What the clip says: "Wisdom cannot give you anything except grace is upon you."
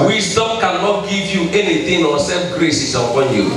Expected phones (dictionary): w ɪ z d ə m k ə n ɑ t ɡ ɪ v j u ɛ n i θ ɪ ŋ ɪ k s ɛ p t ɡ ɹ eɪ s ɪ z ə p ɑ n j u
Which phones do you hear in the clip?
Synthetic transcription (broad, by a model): w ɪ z d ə m k ə n ɑ t ɡ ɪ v j u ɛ n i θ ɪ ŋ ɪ s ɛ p ɡ ɹ eɪ s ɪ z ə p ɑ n j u